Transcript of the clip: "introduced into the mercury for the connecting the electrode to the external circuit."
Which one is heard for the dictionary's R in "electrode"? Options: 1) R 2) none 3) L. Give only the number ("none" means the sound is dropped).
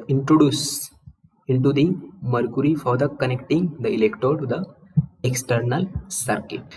2